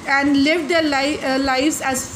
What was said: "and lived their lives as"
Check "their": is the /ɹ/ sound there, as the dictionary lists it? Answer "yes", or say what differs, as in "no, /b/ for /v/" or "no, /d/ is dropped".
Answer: no, /l/ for /ɹ/